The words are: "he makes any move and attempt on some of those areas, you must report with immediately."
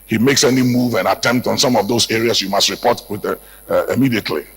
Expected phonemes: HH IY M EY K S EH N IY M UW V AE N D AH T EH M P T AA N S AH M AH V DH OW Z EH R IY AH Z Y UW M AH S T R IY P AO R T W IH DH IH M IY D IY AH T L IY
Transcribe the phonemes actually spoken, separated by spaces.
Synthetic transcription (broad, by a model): HH IY M EY K S EH N IY M UW V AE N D AH T EH M P T AA N S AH M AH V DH OW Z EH R IY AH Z Y UW M AH S T R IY P AO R T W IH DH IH M IY D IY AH T L IY